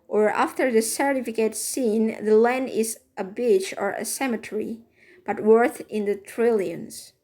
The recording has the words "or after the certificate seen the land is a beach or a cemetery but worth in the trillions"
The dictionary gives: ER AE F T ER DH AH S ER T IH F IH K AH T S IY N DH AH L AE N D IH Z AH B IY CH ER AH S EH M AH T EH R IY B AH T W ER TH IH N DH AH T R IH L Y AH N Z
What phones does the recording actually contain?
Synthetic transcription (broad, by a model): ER AE F T ER DH AH S ER T IH F IH K AH T S IY N DH AH L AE N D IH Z AH B IY CH ER AH S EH M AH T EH R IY B AH T W ER TH IH N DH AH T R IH L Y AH N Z